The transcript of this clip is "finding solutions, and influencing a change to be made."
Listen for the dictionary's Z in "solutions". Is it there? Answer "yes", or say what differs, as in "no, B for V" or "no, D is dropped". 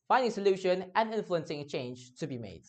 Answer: no, Z is dropped